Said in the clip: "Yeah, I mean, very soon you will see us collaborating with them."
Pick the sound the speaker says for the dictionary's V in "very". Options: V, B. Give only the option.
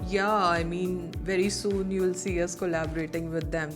V